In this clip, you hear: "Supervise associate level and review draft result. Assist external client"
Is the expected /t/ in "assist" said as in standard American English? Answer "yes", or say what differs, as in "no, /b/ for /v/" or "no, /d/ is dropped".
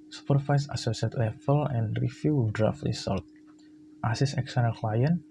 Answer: no, /t/ is dropped